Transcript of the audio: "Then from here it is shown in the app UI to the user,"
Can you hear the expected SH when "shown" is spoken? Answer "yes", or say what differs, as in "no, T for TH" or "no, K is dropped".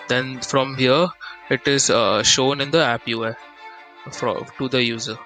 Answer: yes